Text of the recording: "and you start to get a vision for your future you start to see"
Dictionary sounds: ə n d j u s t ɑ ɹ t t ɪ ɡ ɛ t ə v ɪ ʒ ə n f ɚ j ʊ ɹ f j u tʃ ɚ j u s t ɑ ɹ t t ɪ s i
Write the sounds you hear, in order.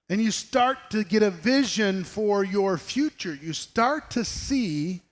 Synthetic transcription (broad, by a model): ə n j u s t ɑ ɹ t t ɪ ɡ ɛ t ə v ɪ ʒ ə n f ɚ j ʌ ɹ f j u tʃ ɚ j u s t ɑ ɹ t t ɪ s i